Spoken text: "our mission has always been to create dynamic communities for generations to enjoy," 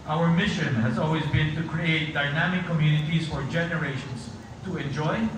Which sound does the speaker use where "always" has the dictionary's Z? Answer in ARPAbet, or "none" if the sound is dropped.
Z